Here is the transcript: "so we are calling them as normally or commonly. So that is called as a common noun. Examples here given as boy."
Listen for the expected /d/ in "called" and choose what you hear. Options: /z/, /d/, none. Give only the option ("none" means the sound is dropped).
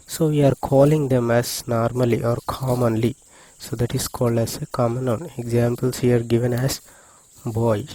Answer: /d/